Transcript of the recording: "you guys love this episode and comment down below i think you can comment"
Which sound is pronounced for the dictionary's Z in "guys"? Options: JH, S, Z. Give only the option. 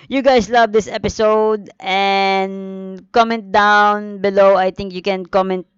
S